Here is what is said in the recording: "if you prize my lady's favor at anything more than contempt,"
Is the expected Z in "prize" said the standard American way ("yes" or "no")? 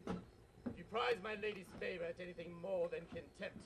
yes